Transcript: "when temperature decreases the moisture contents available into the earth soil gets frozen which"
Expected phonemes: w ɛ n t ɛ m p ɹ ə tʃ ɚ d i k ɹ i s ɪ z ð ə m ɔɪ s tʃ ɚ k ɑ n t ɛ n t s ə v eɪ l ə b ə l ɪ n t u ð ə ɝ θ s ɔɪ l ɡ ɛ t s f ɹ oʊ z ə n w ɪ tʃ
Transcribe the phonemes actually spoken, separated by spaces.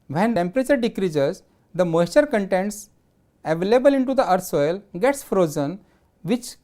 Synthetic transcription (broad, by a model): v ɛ n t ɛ m p ɹ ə tʃ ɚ d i k ɹ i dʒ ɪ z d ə m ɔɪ tʃ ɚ k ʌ n t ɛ n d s ə v eɪ l ə b ə l ɪ n t u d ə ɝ s ɔɪ l ɡ ɛ t s f ɹ oʊ z ə n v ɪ tʃ